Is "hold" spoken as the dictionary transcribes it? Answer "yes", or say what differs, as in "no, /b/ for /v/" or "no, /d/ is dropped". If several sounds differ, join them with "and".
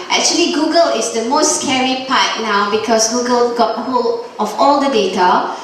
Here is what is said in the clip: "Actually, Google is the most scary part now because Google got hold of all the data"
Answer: no, /d/ is dropped